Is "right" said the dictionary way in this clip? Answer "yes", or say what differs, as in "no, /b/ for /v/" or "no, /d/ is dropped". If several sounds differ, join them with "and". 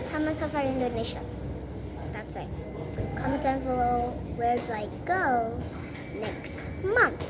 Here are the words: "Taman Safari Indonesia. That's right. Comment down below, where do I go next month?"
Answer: no, /w/ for /ɹ/